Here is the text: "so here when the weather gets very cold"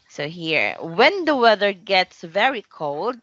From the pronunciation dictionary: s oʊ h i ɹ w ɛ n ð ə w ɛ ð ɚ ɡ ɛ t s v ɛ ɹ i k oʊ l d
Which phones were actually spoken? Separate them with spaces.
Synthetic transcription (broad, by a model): s oʊ h i ɹ w ɛ n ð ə w ɛ ð ɚ ɡ ɛ t s v ɛ ɹ i k oʊ l d